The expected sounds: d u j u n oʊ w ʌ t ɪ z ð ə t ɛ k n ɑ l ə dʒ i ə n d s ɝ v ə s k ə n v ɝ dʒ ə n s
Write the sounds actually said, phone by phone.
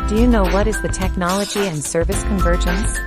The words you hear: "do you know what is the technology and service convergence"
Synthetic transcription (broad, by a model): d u j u n oʊ w ʌ t ɪ z ð ə t ɛ k n ɑ l ə dʒ i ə n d s ɝ v ə s k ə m v ɝ dʒ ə n s